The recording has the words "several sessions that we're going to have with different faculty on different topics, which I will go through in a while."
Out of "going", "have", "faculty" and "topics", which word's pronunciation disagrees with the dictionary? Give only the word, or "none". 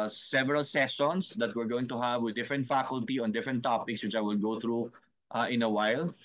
none